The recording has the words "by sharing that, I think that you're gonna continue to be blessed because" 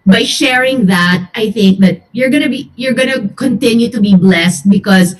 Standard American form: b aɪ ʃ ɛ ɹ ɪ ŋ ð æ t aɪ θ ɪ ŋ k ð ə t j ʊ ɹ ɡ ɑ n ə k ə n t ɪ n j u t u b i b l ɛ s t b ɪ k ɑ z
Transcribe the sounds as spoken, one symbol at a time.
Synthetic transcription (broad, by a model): b aɪ ʃ ɛ ɹ ɪ ŋ ð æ t aɪ θ ɪ ŋ k ð ə t j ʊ ɹ ɡ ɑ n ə k ə n t ɪ n j u t u b i b l ɛ s t b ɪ k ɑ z